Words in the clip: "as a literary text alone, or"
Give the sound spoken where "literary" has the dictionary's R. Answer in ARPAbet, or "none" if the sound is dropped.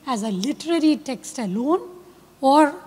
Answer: R